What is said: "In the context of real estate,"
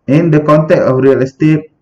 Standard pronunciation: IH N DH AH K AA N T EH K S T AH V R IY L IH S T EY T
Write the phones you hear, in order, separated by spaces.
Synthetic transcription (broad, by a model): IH N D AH K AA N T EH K T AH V R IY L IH S T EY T